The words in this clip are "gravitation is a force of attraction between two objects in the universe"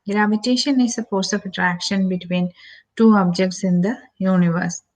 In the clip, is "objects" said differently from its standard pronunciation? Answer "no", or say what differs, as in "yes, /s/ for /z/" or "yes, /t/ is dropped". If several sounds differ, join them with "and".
no